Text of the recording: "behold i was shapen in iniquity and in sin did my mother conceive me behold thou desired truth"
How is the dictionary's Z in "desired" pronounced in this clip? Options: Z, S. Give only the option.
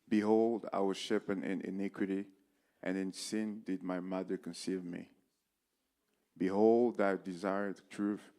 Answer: Z